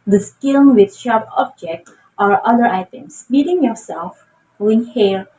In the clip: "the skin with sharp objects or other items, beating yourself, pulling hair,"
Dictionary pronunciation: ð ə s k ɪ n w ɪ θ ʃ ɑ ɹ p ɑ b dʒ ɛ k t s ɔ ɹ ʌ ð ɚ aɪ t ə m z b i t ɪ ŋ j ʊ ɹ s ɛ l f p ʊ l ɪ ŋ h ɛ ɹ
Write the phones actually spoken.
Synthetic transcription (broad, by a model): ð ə s k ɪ l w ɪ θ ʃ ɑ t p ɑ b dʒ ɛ k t ɔ ɹ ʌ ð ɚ aɪ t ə m s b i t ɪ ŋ j ʊ ɹ s ɛ l f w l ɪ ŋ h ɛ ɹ